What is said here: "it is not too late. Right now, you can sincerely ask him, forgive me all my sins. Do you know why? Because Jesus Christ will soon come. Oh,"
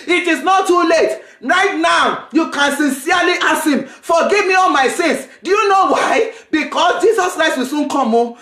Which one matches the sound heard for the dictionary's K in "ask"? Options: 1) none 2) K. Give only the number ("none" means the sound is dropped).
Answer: 1